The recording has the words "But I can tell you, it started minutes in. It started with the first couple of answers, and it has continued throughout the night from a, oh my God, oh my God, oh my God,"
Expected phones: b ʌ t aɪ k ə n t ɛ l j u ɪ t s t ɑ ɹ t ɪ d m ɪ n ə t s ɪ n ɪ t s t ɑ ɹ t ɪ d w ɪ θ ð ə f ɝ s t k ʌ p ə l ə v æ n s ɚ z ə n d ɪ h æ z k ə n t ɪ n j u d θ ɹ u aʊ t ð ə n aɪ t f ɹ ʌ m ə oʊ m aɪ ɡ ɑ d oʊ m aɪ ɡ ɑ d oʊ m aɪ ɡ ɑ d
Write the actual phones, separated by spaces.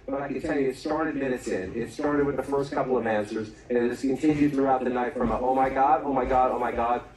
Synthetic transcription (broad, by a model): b ʌ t aɪ k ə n t ɛ l j u ɪ t s t ɑ ɹ t ɪ d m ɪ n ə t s ɪ n ɪ t s t ɑ ɹ t ɪ d w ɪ ð ə f ɝ s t k ʌ p l ə v æ n s ɚ z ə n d ɪ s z k ə n t ɪ n j u d θ ɹ u aʊ t ð ə n aɪ t f ɹ ʌ m ə oʊ m aɪ ɡ ɑ d oʊ m aɪ ɡ ɑ d oʊ m aɪ ɡ ɑ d